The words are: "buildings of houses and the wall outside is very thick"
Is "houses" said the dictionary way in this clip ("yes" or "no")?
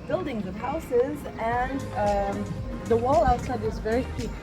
yes